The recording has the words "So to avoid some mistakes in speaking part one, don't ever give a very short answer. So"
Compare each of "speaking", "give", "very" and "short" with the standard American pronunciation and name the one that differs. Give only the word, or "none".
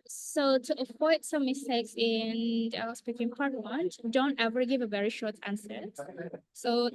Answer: none